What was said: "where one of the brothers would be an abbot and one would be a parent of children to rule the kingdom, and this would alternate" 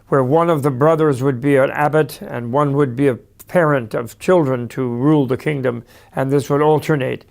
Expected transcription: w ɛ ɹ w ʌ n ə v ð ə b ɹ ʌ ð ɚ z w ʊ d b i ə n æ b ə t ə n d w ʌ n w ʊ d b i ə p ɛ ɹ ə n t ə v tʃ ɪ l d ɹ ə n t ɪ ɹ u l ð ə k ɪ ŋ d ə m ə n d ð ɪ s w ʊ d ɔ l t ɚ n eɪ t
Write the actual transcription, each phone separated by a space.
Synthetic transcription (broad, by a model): w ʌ ɹ w ʌ n ə v ð ə b ɹ ʌ ð ɚ z w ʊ d b i ə n æ b ə t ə n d w ʌ n w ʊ d b i ə p ɛ ɹ ə n t ə v tʃ ɪ l d ɹ ə n t ɪ ɹ u l ð ə k ɪ ŋ d ə m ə n ð ɪ s w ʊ d ɔ l t ɚ n eɪ t